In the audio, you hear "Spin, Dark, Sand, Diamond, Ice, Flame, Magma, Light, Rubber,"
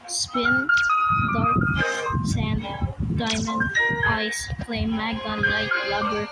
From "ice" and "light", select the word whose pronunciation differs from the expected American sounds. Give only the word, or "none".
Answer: light